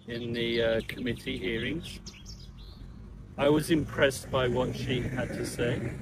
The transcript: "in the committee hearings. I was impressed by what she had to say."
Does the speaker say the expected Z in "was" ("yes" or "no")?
yes